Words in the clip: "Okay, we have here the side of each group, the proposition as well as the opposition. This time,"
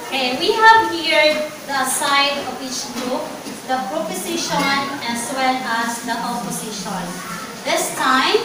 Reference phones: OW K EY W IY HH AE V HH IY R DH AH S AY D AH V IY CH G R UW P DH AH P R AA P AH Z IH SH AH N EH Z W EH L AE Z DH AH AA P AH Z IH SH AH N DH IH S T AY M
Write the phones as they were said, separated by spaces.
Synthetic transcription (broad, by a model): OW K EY W IY HH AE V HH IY R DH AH S AY D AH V IY CH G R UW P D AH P R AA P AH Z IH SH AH N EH S W EH L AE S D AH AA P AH S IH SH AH N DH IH S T AY M